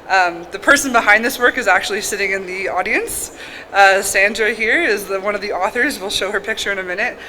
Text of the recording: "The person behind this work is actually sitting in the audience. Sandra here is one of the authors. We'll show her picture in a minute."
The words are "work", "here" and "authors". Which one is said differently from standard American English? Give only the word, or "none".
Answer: none